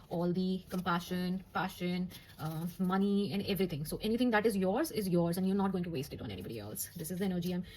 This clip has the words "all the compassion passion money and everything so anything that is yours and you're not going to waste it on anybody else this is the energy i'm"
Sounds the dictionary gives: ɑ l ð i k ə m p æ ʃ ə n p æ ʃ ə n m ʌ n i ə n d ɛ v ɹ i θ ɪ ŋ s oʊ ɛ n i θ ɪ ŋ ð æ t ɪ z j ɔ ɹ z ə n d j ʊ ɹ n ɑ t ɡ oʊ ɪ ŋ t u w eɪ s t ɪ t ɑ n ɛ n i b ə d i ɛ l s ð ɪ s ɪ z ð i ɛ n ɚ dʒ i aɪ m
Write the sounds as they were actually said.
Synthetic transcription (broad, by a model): ɑ l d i k ə m p æ ʃ ə n p æ ʃ ə n m ʌ n i ə n d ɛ v ɹ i t ɪ ŋ s oʊ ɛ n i t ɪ ŋ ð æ t ɪ z j ɔ ɹ z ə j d j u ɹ n ɑ t ɡ oʊ ɪ ŋ t u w eɪ s t ɪ t ɑ n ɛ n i b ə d i ɛ l s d ɪ s ɪ z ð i ɛ n ɚ dʒ i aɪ m